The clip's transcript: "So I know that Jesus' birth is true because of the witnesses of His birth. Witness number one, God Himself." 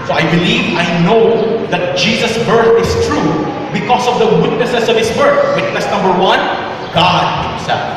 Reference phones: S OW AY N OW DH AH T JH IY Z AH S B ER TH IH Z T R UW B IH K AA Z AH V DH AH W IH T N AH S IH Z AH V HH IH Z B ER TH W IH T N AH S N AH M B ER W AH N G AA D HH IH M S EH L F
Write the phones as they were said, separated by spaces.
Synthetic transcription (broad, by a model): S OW AY N OW DH AH T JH IY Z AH S B ER TH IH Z T R UW B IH K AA S AH V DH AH W IH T N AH S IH S AH V HH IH S B ER TH W IH T N AH S N AH M B ER W AH N G AA D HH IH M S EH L